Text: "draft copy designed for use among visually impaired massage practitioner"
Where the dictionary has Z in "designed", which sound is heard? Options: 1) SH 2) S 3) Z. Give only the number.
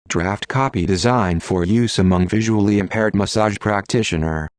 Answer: 3